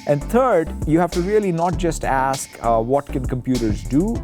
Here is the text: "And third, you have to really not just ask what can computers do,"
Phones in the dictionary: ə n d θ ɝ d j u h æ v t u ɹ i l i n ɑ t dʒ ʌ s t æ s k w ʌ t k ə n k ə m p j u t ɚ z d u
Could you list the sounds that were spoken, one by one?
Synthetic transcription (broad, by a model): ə n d t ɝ d j u h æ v t u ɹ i l i n ɑ t dʒ ʌ s t æ s k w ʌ t k ə n k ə m p j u t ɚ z d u